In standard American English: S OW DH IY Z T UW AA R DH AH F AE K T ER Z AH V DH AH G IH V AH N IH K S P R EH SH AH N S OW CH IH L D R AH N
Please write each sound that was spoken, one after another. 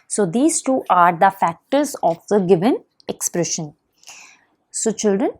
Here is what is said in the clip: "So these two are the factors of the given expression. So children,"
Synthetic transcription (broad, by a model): S OW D IY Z T UW AA R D AH F AE K T ER Z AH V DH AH G IH V AH N IH K S P R EH SH AH N S OW CH IH L D R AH N